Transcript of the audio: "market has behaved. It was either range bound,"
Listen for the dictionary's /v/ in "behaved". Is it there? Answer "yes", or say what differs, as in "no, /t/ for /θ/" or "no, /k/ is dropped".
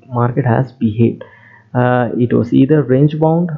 no, /v/ is dropped